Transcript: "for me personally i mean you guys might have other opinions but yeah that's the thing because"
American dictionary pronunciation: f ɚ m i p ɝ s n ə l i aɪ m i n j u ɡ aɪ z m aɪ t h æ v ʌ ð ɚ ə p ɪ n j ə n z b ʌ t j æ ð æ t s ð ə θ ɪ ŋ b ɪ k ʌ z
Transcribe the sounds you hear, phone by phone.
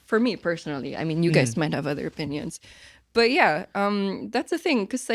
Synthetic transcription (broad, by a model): f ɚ m i p ɝ s n l i aɪ m i n j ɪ ɡ aɪ z m aɪ t h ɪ v ʌ ð ɚ ə p ɪ n j ə n z b ʌ t j æ ð æ t s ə θ ɪ ŋ k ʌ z